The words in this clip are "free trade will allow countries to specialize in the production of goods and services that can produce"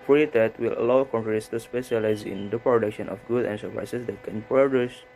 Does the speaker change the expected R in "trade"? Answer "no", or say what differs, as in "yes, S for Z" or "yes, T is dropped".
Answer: yes, R is dropped